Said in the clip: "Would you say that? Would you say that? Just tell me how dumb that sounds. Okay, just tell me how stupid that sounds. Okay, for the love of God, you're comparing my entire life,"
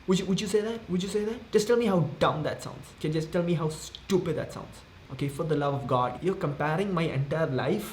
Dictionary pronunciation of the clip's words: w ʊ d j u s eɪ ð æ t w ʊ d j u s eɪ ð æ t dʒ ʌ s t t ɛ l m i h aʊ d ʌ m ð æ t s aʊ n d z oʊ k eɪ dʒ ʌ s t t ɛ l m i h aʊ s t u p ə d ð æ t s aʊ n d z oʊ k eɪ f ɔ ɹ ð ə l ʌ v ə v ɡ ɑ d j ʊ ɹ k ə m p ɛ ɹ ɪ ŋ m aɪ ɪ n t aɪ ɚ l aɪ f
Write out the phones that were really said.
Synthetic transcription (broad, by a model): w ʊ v j u s eɪ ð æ t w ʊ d j u s eɪ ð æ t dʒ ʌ s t t ɛ l m i h aʊ d ʌ m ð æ t s aʊ n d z k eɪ dʒ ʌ s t t ɛ l m i h aʊ s t u p ə d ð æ t s aʊ n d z oʊ k eɪ f ɔ ɹ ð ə l ʌ v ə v ɡ ɑ d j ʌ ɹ k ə m p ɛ ɹ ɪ ŋ m aɪ ɪ n t aɪ ɚ l aɪ f